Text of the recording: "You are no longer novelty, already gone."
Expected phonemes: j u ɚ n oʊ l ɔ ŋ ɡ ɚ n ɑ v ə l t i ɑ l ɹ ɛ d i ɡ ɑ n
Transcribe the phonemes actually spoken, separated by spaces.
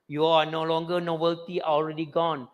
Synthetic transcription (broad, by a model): j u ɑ n oʊ l ɔ ŋ ɡ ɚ n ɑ b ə l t i ɑ l ɹ ɛ d i ɡ ɑ n